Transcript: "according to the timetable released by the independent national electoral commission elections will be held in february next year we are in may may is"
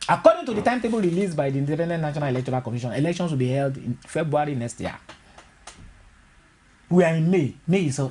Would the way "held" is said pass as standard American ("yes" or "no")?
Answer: yes